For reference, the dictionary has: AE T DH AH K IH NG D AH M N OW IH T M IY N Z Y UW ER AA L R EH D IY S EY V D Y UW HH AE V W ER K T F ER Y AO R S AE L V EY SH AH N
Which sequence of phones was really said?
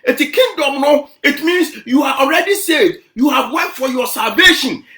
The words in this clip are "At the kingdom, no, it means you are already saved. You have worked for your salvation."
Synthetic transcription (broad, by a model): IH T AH K IH NG D AH M N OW IH T M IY N S Y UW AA AA L R EH D IY S EY D Y UW HH AE V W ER T F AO Y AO S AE L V EY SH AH N